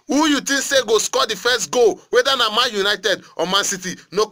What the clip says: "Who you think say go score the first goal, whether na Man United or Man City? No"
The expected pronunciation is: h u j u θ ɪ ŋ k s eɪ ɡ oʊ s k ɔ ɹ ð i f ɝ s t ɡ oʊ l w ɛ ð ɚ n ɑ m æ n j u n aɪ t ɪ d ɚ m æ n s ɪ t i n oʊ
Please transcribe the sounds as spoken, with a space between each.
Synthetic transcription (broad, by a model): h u j u t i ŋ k s eɪ ɡ oʊ s k ɔ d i f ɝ s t ɡ oʊ w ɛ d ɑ n ɑ m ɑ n j u n aɪ t ɪ d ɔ m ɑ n s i t i n oʊ